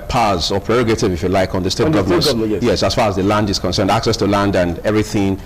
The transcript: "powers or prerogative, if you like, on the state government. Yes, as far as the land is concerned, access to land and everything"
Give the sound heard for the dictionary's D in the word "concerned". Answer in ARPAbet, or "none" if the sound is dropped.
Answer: D